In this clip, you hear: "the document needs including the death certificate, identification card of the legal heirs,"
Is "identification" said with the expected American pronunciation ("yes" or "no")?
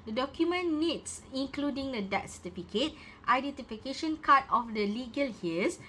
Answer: yes